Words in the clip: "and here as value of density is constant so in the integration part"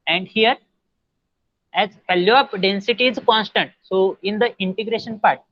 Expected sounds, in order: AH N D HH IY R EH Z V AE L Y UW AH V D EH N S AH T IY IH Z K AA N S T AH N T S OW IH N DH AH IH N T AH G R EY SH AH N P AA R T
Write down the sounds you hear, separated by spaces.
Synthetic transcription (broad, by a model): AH N D HH IY R EH Z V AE L Y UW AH P D EH N S AH T IY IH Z K AA N S T AH N T S OW IH N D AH IH N T AH G R EY SH AH N P AA R T